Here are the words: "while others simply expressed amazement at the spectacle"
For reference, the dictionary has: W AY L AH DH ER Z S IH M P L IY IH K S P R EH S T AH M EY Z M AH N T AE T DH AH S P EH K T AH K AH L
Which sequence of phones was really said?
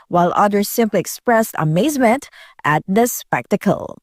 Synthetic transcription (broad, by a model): W AY L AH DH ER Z S IH M P L IY IH K S P R EH S T AH M EY Z M AH N T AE T DH AH S P EH K T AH K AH L